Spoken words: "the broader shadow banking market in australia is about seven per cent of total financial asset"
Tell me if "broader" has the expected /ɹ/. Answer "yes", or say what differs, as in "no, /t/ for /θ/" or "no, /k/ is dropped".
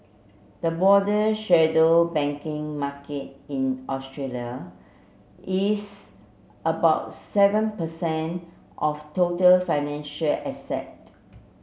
no, /ɹ/ is dropped